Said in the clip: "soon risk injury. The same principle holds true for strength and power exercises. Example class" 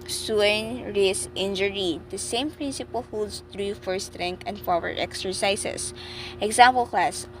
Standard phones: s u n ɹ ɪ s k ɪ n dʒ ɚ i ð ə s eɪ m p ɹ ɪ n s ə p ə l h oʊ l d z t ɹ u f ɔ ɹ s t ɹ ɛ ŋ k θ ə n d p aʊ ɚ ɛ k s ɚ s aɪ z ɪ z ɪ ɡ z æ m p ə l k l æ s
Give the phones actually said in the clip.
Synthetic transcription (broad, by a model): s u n ɹ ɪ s ɪ n dʒ ɚ i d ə s eɪ m p ɹ ɪ n s ə p ə l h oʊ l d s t ɹ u f ɔ ɹ s t ɹ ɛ ŋ k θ ə n d f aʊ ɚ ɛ k s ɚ s aɪ s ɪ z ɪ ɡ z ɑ m p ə l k l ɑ s